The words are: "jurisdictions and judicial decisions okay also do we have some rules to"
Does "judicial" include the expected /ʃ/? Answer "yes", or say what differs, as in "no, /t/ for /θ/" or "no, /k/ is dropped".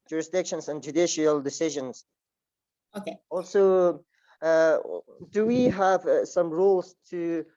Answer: yes